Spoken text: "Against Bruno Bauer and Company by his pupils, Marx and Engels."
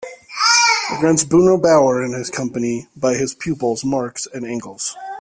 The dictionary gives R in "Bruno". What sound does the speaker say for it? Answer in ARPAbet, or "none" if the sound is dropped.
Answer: none